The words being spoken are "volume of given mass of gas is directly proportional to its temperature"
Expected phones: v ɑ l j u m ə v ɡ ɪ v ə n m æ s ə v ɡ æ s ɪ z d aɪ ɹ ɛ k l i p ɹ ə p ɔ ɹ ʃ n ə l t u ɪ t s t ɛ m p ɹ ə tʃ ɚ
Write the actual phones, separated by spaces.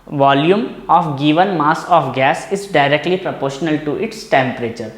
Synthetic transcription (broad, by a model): v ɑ l j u m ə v ɡ ɪ v ə n m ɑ s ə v ɡ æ s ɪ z d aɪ ɹ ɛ k l i p ɹ ə p ɔ ɹ ʃ n ə l t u ɪ t s t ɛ m p ɹ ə tʃ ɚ